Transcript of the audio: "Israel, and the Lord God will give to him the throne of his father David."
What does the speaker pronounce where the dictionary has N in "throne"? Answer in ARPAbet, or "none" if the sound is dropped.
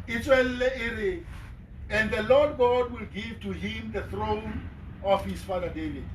N